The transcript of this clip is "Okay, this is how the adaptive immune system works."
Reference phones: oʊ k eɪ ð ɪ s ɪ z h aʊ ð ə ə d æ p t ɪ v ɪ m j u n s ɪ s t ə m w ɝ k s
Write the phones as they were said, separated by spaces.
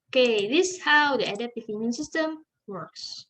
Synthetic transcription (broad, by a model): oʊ k eɪ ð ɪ s h aʊ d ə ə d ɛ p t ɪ f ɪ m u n s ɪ s t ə m w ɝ k s